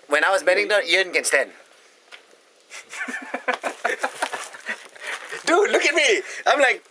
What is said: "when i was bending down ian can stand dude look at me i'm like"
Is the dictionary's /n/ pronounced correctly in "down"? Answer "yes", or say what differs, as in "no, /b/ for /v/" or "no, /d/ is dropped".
no, /n/ is dropped